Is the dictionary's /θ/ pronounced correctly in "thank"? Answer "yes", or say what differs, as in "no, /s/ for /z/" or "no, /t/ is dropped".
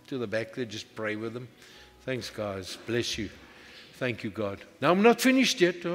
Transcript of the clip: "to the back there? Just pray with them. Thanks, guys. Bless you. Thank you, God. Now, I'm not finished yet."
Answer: yes